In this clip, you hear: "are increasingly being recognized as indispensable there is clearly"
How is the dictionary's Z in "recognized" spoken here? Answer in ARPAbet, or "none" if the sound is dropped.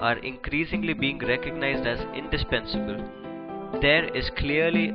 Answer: Z